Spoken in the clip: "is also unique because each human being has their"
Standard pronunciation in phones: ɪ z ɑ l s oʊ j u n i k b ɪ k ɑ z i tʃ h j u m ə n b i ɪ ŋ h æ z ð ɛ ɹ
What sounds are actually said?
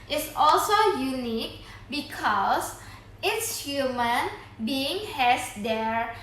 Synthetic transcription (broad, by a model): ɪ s ɑ l s oʊ j u n i k b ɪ k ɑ s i s h j u m ə n b i ɪ ŋ h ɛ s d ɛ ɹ